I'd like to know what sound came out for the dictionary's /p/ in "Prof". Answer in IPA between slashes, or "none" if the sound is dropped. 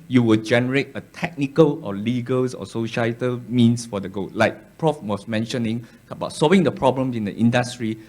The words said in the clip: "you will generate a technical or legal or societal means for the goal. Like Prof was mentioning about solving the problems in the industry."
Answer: /p/